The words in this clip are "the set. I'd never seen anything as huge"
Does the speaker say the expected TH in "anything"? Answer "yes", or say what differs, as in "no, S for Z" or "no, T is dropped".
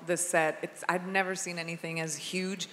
yes